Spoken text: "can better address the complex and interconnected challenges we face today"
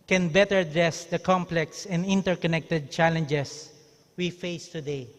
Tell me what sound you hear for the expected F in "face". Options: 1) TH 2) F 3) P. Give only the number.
2